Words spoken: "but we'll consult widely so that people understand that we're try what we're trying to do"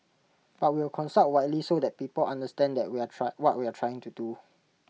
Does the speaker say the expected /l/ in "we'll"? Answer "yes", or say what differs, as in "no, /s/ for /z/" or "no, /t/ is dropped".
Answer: no, /w/ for /l/